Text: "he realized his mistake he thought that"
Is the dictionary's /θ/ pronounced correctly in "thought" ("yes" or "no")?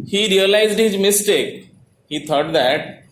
no